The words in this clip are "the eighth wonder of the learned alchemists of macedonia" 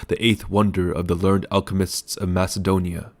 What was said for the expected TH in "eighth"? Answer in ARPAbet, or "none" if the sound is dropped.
TH